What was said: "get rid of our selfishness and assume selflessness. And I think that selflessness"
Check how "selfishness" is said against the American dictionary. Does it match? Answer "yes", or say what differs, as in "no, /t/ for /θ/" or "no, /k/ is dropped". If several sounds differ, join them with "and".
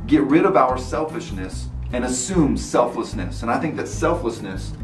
yes